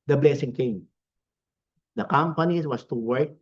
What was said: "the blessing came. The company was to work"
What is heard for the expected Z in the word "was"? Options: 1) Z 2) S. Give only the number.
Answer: 2